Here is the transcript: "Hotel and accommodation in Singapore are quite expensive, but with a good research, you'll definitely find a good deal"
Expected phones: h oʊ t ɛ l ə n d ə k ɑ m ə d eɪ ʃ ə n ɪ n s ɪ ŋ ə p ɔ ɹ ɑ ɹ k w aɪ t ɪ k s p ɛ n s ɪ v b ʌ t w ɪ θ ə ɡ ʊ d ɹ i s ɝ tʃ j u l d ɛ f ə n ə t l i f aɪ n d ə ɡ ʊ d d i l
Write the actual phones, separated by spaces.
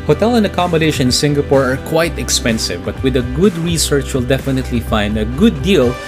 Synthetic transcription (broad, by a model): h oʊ t ɛ l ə n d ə k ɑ m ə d eɪ ə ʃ ɪ n s ɪ ŋ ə p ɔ ɹ ɑ ɹ k w aɪ t ɪ k s p ɛ n s ɪ v b ʌ t w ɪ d ə ɡ ʊ d ɹ i s ɝ tʃ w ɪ l d ɛ f ə n ə t l i f aɪ n d ə ɡ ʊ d d i l